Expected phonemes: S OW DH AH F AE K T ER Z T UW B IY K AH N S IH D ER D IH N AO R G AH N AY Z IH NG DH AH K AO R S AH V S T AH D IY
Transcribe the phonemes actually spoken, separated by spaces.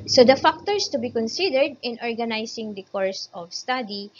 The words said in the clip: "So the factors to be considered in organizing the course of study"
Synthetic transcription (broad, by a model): S OW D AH F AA K T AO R T UW B IY K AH N S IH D ER D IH N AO R G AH N AY S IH NG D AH K AO R S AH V S T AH D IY